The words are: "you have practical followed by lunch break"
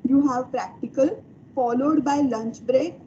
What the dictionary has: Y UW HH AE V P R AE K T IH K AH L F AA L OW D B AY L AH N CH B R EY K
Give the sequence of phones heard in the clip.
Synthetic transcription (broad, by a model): Y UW HH AE V P R AE K T IH K AH L F AA L OW D B AY L AH N CH B R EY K